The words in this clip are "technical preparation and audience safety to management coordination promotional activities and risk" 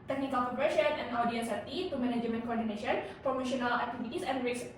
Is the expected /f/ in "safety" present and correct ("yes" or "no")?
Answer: no